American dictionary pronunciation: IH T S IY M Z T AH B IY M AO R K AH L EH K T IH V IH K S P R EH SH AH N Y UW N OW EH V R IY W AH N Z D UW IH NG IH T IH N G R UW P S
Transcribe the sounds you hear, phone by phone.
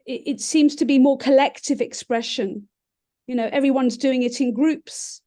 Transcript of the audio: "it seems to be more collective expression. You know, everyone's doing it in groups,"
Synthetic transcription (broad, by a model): IH T S IY M Z T AH B IY M AO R K AH L EH K T IH V IH K S P R EH SH AH N Y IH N OW EH V R IY W AH N Z D UW IH NG IH T IH N G R UW P S